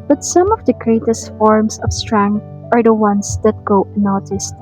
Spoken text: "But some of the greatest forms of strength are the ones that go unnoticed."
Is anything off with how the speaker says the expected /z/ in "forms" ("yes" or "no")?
yes